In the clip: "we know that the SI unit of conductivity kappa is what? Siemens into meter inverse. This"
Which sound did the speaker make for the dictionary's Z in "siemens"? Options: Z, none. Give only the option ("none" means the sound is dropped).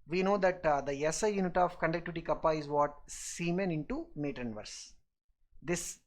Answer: none